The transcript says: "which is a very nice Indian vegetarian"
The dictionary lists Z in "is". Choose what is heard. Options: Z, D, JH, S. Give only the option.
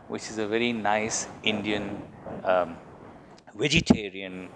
Z